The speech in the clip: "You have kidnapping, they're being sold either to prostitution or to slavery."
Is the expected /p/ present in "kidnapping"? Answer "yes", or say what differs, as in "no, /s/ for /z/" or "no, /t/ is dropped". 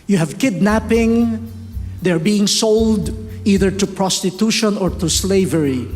yes